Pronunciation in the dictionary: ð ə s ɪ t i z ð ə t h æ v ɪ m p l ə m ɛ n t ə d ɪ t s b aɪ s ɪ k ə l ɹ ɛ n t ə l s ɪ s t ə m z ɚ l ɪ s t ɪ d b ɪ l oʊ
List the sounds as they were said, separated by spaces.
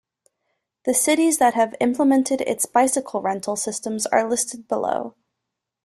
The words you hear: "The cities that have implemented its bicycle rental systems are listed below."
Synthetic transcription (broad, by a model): ð ə s ɪ t i z ð ə t h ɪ v ɪ m p l ə m ɛ n t ə d ɪ t s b aɪ s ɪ k l ɹ ɛ n t l s ɪ s t ə m z ɚ l ɪ s t ɪ d b ɪ l oʊ